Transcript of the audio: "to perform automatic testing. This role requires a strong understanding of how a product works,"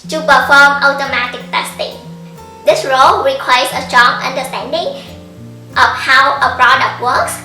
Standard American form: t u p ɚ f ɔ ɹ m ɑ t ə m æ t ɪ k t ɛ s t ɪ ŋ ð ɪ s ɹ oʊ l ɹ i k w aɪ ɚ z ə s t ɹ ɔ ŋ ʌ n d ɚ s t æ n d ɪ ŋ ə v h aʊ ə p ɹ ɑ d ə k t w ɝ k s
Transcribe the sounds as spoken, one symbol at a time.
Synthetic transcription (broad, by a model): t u p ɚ f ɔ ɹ m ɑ t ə m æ t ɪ k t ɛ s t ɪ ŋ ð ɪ s ɹ oʊ l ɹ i k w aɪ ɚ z ə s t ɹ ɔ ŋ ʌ n d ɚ s t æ n d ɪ ŋ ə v h aʊ ə p ɹ ɑ d ə k t w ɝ k s